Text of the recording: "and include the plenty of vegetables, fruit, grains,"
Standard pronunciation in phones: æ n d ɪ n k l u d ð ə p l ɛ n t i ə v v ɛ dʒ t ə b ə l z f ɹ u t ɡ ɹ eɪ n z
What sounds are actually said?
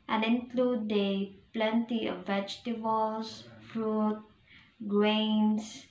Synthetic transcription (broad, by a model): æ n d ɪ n k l u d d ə p l ɛ n t i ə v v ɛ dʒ t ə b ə l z f ɹ u t ɡ ɹ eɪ n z